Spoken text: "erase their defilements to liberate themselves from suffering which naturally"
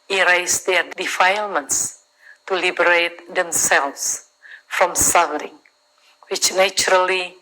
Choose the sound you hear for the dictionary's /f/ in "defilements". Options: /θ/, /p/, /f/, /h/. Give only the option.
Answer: /f/